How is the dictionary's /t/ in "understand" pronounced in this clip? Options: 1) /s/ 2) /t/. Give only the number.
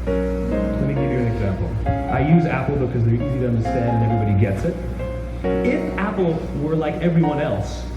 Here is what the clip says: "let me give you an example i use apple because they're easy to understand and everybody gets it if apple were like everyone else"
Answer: 2